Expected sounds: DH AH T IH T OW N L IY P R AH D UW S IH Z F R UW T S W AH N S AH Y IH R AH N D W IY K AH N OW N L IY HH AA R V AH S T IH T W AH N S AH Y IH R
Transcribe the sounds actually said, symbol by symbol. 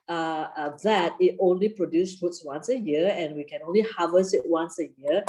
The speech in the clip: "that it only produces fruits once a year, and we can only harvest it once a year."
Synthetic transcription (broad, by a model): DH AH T IH T OW N L IY P R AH D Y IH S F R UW T S W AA N S AH Y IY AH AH N W IY K AH N OW N L IY HH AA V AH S IH T W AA N S AH Y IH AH